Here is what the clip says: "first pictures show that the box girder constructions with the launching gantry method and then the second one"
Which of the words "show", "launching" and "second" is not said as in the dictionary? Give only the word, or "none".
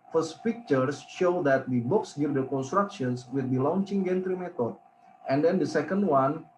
none